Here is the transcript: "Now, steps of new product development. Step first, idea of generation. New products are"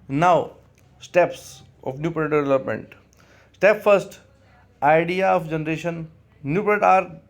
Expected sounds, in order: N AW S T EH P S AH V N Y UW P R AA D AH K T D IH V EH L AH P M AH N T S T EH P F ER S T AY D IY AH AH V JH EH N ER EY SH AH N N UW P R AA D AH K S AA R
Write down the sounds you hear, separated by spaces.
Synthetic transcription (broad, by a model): N AW S T EH P S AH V N Y UW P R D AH T D IH V EH L AH P M AH N T S T EH P F ER S T AY D IY AH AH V JH EH N ER EY SH AH N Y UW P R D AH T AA R